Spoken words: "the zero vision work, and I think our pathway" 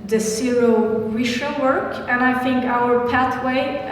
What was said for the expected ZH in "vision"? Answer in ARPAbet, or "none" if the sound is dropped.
SH